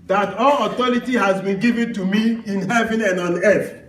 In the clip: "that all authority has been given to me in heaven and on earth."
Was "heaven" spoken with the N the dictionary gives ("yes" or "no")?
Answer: yes